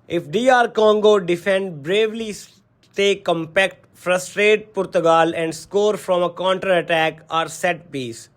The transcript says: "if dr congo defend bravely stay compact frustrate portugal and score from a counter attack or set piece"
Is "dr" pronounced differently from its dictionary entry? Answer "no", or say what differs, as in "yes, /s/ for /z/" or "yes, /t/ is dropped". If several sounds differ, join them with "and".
yes, /k/ is dropped